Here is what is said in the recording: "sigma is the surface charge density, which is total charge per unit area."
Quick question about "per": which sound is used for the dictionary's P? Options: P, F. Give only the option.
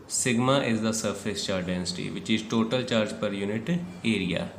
P